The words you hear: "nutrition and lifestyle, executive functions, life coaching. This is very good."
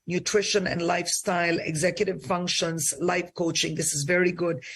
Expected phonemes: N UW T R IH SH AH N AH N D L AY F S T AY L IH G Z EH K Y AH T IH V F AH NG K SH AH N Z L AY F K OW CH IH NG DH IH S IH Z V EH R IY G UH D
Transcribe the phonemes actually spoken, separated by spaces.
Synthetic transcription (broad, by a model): N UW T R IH SH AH N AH N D L AY F S T AY L IH G Z EH K Y AH T IH V F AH NG K SH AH N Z L AY F K OW CH IH NG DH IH S IH Z V EH R IY G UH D